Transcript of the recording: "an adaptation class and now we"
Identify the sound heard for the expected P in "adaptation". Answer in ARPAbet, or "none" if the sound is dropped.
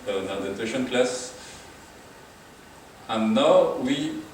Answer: none